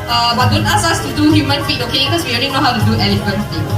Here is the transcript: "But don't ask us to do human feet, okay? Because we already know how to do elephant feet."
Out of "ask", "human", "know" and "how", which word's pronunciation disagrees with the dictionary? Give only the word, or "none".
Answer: ask